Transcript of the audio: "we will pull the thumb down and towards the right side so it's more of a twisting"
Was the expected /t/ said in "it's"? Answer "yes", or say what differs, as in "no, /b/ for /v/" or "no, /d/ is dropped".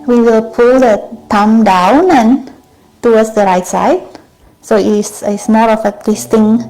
no, /s/ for /t/